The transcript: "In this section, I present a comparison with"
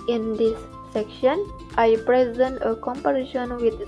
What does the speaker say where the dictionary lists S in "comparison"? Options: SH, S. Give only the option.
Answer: SH